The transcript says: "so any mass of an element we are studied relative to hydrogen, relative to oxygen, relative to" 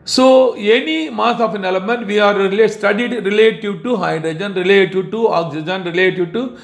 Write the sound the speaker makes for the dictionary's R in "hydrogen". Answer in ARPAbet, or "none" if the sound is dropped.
R